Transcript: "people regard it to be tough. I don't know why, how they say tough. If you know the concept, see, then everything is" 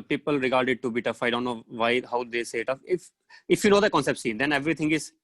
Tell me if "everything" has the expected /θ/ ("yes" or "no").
no